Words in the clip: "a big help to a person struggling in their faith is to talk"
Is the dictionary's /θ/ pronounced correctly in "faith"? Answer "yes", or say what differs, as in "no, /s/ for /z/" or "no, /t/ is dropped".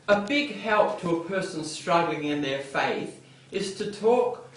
yes